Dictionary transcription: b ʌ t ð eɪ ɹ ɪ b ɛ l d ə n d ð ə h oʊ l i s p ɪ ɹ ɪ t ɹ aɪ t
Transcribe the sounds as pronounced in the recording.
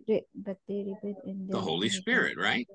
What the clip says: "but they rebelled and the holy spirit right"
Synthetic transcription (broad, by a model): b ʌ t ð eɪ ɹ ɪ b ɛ d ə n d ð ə h oʊ l i s p ɪ ɹ ɪ t ɹ aɪ t